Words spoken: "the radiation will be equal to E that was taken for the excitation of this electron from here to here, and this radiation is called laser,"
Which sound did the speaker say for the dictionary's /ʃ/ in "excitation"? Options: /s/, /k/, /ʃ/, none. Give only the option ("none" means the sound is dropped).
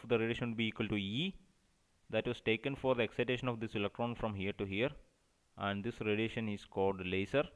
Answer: /ʃ/